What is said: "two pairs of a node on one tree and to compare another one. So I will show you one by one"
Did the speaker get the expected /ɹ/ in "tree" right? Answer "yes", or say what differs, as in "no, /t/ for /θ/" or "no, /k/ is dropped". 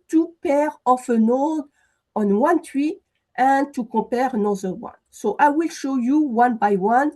no, /w/ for /ɹ/